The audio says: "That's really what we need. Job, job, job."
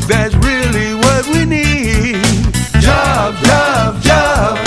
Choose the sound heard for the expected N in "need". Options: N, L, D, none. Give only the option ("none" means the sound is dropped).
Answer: N